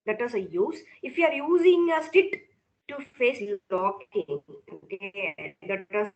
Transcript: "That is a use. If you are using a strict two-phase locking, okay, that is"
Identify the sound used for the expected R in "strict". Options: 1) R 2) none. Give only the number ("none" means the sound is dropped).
2